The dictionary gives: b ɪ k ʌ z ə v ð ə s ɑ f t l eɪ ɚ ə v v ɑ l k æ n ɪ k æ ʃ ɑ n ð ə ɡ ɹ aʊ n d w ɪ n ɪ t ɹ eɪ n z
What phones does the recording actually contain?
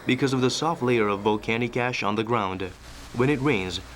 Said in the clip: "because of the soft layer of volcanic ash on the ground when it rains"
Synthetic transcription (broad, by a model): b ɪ k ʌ z ə v ð ə s ɑ f t l eɪ ɚ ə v v ɑ l k æ n ɪ k æ ʃ n ð ə ɡ ɹ aʊ n d w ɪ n ɪ t ɹ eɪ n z